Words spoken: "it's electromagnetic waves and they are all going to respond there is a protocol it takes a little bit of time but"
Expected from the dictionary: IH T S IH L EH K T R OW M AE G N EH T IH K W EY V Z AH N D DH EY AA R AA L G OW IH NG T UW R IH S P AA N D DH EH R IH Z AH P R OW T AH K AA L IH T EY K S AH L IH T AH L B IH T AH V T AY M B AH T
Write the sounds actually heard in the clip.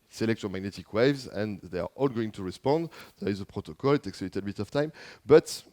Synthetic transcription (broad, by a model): S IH L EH K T OW M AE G N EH T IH K W EY V Z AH N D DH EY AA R AA L G OW IH NG T UW R IH S P AA N D DH EH R IH Z AH P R OW T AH K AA L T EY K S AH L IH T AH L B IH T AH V T AY M B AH T